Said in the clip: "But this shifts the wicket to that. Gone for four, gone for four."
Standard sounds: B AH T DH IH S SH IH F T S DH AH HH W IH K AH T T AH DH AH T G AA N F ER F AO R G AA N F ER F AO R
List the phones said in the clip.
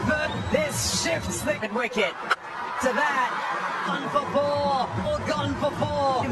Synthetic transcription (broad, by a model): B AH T DH IH S SH IH F T S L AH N W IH K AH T T AH DH AH T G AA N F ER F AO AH G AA N F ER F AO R